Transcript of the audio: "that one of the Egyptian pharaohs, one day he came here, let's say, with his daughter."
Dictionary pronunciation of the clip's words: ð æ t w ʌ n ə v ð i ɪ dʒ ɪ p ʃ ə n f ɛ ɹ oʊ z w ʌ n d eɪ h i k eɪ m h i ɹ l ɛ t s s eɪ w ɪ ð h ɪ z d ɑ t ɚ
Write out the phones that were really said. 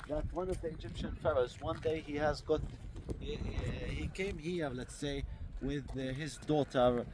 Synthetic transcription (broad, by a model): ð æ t w ʌ n ə v ð i ɪ dʒ ɪ p ʃ ə n f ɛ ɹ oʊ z w ʌ n d eɪ h i k eɪ m h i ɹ l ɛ t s s eɪ w ɪ ð h ɪ z d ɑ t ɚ